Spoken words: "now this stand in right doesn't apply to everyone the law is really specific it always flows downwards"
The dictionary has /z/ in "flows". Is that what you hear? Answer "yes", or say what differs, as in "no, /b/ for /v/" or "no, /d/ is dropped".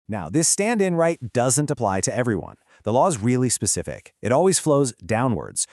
yes